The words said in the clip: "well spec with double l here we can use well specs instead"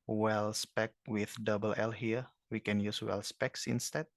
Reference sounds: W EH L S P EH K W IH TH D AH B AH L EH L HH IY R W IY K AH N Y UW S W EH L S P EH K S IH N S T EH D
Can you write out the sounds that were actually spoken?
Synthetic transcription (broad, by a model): W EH L S P EH K W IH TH D AH B AH L EH L HH IY R W IY K AH N Y UW S W EH L S P EH K S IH N S T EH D